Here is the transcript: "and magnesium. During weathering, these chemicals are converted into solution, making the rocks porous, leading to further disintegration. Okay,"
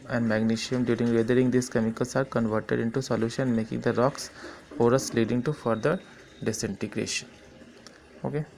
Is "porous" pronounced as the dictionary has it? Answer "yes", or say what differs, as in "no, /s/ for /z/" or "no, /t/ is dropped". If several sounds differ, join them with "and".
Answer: no, /f/ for /p/